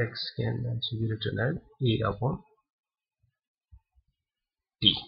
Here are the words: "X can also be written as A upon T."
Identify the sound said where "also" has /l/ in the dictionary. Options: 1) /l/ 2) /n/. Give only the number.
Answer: 2